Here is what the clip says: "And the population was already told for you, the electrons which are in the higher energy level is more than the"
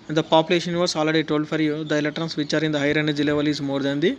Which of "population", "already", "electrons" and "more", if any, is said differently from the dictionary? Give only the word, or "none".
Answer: electrons